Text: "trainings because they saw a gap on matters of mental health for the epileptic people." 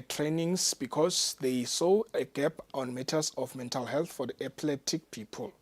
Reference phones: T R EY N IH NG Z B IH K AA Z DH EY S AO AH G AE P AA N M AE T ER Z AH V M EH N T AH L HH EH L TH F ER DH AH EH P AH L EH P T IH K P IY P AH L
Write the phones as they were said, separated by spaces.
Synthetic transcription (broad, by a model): T R EY N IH NG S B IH K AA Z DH EY S AO AH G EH P AA N M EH T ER S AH F M EH N T AH L HH EH L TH F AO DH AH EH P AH L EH T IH K P IY P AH L